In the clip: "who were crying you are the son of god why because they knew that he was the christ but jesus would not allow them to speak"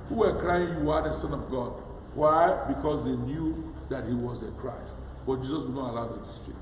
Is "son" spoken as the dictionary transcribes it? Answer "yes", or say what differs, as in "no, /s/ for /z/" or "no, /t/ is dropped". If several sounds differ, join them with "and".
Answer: yes